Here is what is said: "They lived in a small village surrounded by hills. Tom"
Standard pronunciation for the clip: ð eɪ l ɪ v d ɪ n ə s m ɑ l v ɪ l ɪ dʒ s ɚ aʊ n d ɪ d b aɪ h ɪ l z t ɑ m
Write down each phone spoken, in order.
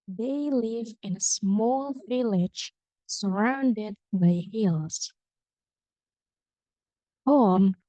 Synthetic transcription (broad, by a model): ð eɪ l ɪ v ɪ n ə s m ɑ l v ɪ l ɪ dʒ s ɚ aʊ n d ɪ d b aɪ h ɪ l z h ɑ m